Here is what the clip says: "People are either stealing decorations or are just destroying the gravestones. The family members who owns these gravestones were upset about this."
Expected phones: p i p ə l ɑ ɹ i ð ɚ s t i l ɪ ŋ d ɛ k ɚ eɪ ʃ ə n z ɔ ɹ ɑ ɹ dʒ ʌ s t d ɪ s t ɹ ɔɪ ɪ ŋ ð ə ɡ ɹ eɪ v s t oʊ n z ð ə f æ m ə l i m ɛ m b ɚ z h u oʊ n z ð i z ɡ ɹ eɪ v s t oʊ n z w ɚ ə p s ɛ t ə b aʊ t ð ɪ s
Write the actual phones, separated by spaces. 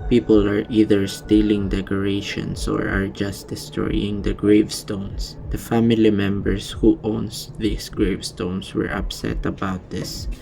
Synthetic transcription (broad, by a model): p i p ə l ɑ ɹ i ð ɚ s t i l ɪ ŋ d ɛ k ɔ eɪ ʃ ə n s ɔ ɹ ɑ ɹ dʒ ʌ s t d ɪ s t ɹ ɔɪ ɪ ŋ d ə ɡ ɹ eɪ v s t oʊ n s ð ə f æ m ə l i m ɛ m b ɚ s h u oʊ n s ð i s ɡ ɹ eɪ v s t oʊ n s w ɚ ə p s ɛ t ə b aʊ t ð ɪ s